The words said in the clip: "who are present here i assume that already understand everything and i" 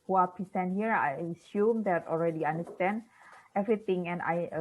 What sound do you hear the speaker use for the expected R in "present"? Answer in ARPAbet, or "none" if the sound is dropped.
none